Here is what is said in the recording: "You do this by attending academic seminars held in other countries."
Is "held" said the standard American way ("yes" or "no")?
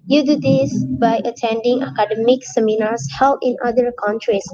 no